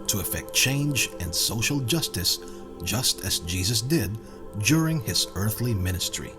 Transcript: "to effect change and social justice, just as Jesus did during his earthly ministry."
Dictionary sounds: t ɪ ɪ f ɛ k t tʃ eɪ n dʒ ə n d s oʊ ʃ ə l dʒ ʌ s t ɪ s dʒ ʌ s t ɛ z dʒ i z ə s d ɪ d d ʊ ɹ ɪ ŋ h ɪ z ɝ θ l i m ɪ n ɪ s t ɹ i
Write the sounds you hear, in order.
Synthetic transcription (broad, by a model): t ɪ ɪ f ɛ k t tʃ eɪ n dʒ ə n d s oʊ ʃ l dʒ ʌ s t ɪ s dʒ ʌ s t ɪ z dʒ i z ə s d ɪ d d ʊ ɹ ɪ ŋ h ɪ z ɝ θ l i m ɪ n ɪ s t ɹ i